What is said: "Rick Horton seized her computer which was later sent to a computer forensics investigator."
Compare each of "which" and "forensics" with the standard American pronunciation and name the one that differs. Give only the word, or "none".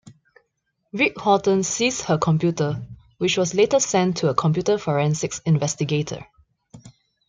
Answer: none